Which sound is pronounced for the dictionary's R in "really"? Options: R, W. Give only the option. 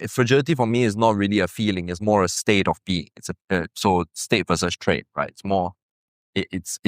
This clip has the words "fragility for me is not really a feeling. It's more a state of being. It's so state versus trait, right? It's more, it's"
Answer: R